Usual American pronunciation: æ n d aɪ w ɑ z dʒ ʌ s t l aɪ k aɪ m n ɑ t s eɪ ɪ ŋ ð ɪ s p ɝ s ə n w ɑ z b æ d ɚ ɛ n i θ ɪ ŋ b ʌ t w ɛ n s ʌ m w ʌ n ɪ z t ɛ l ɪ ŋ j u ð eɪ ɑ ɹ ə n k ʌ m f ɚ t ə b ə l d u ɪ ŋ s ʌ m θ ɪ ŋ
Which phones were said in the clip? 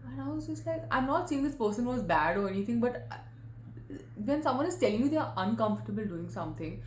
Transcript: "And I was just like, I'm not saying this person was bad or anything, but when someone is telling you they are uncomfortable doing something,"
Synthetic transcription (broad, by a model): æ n aɪ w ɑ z dʒ ʌ s t l aɪ k aɪ m n ɑ t s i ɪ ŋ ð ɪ s p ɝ s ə n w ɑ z b æ d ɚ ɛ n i t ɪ ŋ b ʌ t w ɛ n s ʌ m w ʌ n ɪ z t ɛ l ɪ ŋ j u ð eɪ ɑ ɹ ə n k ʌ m f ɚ t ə b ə l d u ɪ ŋ s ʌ m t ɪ ŋ